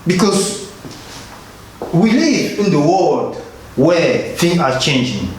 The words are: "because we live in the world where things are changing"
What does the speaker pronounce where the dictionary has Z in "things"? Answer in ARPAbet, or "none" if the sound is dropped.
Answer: none